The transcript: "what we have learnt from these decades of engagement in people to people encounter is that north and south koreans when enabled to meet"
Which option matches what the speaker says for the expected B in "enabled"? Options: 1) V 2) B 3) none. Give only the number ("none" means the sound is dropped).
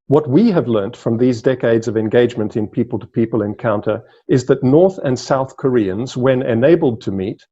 2